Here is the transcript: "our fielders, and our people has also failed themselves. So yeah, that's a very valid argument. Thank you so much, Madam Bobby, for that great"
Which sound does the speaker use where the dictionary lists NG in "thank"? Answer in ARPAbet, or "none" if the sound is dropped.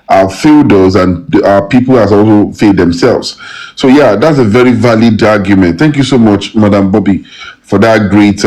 NG